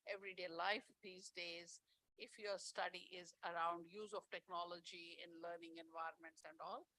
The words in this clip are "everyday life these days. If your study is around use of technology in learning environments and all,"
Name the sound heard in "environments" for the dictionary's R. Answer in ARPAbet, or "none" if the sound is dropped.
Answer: R